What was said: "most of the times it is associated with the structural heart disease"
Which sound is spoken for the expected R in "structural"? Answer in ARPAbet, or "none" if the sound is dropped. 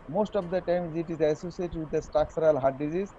none